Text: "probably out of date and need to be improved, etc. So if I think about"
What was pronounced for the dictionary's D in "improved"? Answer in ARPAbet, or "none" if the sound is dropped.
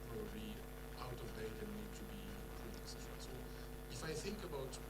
none